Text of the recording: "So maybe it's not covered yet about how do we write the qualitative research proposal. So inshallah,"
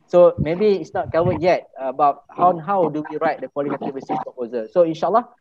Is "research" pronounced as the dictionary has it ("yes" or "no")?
no